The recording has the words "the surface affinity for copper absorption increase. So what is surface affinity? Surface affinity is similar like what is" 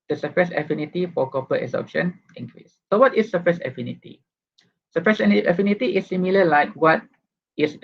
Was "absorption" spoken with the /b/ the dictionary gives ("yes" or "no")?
no